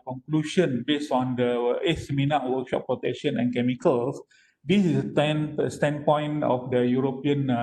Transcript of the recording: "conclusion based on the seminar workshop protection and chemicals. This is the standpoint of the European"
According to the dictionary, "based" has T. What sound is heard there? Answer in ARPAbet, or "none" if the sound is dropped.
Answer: none